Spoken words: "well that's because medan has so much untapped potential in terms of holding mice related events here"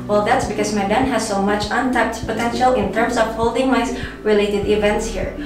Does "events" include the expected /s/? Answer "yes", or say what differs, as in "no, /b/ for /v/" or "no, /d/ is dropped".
yes